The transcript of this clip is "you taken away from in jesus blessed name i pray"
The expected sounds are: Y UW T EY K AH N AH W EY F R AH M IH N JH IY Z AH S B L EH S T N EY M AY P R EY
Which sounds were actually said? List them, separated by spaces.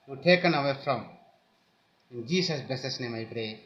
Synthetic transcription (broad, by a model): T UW T EY K AH N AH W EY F R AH M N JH IY S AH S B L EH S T N EY M AY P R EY